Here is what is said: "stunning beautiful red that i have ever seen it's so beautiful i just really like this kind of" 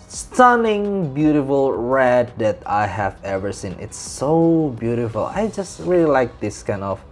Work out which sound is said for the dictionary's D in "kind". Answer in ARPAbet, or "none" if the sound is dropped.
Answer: D